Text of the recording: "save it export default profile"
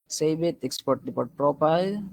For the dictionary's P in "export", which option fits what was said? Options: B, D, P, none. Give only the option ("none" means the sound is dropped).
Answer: P